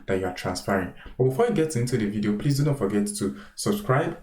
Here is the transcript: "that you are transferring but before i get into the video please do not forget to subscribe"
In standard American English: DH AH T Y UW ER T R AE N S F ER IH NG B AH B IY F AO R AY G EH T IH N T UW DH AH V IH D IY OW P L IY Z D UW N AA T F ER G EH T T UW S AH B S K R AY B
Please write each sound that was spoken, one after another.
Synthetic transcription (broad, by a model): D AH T Y UW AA T R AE N S P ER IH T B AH B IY F AO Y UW G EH T IH N T UW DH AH V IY D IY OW P L IY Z D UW N AA T F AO G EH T T UW S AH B S K R AY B